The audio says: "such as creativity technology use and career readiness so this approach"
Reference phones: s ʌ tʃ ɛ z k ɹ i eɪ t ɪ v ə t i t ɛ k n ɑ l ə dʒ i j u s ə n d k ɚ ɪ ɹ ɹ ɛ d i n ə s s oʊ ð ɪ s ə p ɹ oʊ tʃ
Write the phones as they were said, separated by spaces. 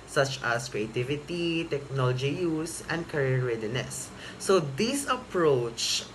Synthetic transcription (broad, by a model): s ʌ tʃ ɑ s k ɹ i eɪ t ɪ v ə t i t ɛ k n ɑ l ə dʒ i j u s ə n d k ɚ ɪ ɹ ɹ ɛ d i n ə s s oʊ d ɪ s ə p ɹ oʊ tʃ